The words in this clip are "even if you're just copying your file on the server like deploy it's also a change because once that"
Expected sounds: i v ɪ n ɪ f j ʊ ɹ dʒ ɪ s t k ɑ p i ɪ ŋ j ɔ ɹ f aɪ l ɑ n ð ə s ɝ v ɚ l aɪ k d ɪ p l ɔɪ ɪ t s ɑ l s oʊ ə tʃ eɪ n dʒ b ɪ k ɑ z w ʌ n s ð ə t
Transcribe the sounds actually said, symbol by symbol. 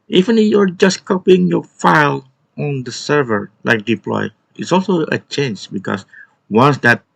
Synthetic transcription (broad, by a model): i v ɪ n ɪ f j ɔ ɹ dʒ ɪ s k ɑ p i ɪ ŋ j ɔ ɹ f aɪ l ɑ n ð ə s ɝ v ɚ l aɪ k d ɪ p l ɔɪ ɪ t s ɑ l s oʊ ə tʃ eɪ n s b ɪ k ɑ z w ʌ n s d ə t